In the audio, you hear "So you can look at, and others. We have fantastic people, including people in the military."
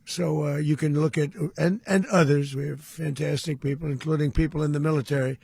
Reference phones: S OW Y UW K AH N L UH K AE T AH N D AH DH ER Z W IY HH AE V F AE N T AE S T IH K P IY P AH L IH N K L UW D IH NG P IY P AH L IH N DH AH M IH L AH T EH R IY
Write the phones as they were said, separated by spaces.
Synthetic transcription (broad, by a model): S OW Y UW K AH N L UH K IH T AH N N AH DH ER Z W IY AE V F AE N T AE S T IH K P IY P L IH N K L UW D IH NG P IY P L IH N DH AH M IH L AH T EH R IY